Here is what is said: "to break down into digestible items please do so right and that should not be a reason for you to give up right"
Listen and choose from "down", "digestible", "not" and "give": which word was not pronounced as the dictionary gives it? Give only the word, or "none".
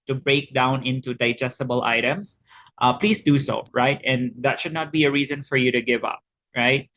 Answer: none